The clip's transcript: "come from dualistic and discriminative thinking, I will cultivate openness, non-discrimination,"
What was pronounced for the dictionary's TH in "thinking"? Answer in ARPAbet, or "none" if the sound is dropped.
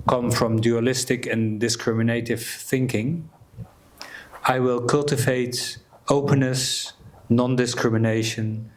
TH